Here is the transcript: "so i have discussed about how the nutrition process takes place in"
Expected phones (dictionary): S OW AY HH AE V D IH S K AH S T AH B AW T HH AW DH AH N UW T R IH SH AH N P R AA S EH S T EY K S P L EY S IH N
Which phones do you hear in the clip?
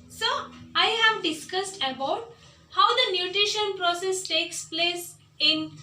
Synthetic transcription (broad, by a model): S OW AY HH AE V D IH S K AH S T AH B AW T HH AW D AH N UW T R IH SH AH N P R AA S EH S T EY K S P L EY S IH N